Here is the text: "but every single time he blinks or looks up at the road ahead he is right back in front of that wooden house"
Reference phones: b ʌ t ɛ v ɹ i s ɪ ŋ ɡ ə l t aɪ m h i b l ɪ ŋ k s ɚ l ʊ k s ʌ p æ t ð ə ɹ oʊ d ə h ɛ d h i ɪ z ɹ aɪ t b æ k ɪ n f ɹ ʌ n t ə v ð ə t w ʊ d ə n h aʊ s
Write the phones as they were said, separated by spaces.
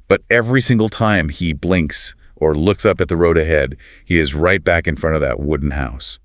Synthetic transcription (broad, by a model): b ʌ t ɛ v ɹ i s ɪ ŋ ɡ l t aɪ m i b l ɪ ŋ k s ɚ l ʊ k s ʌ p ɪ t ð ə ɹ oʊ d ə h ɛ d h i ɪ z ɹ aɪ t b æ k ɪ n f ɹ ʌ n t ə v ð ə t w ʊ d n h aʊ s